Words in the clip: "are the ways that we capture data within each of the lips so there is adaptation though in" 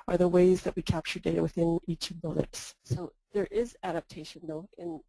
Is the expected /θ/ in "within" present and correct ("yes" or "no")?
yes